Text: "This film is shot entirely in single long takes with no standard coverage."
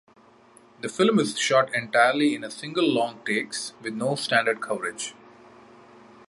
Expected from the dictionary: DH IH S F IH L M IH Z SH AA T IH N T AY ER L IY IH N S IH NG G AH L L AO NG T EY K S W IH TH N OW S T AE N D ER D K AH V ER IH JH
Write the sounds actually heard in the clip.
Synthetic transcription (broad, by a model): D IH F IH L M IH Z SH AA T IH N T AY ER L IY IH N S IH NG G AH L L AO NG T EY K S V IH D N OW S T AE N D ER D K AH V ER IH JH